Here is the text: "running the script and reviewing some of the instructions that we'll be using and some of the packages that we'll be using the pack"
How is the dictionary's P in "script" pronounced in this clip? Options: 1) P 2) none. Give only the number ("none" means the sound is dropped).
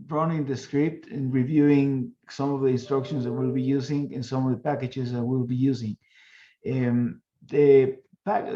1